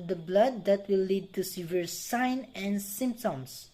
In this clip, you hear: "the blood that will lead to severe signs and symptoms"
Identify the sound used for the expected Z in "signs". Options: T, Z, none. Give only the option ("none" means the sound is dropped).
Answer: none